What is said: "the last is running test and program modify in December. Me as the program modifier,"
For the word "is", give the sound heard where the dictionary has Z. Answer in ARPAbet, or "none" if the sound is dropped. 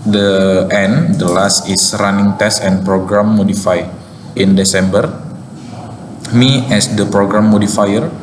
S